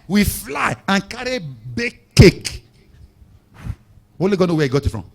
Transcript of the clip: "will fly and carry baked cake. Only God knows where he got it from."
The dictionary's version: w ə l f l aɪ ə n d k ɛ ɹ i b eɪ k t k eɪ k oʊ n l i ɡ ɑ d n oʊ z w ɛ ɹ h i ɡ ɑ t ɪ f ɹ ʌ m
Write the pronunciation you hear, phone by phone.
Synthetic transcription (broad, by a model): w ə f l aɪ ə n k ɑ ɹ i b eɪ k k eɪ k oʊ l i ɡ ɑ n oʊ w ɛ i ɡ ɑ t ɪ f ɹ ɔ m